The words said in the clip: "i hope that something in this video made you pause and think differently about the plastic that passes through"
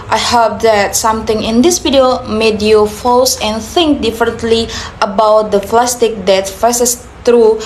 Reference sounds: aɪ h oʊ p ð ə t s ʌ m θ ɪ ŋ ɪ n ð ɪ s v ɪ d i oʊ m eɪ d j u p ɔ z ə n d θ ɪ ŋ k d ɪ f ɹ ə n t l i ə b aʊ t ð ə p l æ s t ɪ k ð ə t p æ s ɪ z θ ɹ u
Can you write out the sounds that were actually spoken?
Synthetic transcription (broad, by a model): aɪ h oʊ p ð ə t s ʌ m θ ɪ ŋ ɪ n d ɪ s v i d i oʊ m eɪ d j u f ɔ s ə n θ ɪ ŋ k d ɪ f ɹ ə n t l i ə b aʊ t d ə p l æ s t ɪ k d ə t f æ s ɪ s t ɹ u